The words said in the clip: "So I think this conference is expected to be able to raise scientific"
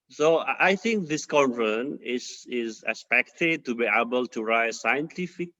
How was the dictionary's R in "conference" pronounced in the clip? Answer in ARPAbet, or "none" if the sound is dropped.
none